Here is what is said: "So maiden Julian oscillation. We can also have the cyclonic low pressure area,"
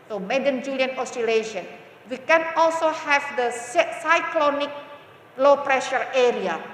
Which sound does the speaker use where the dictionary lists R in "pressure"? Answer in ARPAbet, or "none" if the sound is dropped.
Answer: R